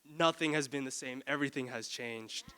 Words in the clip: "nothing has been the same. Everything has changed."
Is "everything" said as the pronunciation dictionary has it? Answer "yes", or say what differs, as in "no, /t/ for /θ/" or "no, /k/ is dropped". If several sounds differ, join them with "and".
yes